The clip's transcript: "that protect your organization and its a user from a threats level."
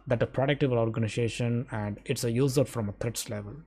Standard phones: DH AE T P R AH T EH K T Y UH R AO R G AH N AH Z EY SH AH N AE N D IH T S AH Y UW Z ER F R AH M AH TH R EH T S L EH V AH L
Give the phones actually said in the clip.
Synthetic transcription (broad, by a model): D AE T P R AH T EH K T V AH L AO R G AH N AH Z EY SH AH N AE N D IH T S AH Y UW Z ER F R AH M AH T R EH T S L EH V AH L